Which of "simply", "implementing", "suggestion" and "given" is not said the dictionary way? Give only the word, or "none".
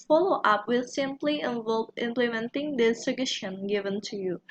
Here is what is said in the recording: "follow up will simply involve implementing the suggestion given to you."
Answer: suggestion